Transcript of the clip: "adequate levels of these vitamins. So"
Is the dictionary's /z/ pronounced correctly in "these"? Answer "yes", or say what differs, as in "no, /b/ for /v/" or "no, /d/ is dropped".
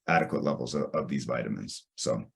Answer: yes